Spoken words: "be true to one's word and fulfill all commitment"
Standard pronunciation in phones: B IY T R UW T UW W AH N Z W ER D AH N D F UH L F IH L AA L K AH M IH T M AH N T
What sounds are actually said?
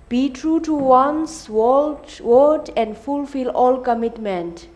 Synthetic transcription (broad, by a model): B IY T R UW T UW W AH N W W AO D AH N D F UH L F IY L AA L K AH M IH T M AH N T